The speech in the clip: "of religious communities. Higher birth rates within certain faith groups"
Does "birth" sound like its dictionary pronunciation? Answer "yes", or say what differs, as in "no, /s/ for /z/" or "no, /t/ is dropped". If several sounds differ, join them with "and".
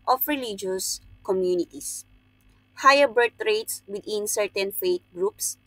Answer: no, /t/ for /θ/